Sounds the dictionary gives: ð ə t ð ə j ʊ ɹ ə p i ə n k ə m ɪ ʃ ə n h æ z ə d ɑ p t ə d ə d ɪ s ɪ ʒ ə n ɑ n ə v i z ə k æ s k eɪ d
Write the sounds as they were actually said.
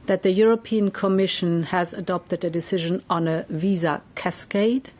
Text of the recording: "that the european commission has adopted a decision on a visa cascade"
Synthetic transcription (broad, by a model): ð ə t ð ə j ʊ ɹ ə p i ə n k ə m ɪ ʃ ə n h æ z ə d ɑ p t ə d ə d ɪ s ɪ ʒ ə n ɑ n ə v i z ə k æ s k eɪ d